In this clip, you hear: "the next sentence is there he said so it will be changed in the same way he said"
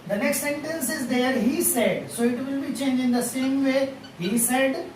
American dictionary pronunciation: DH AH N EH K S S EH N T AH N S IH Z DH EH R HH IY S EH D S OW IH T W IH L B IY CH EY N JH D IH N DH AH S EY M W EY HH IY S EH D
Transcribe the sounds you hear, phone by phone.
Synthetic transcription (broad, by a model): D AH N EH K S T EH N T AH N S IH Z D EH R HH IY S EH D S OW IH T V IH L B IY CH EY N JH IH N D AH S EY M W EY HH IY S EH D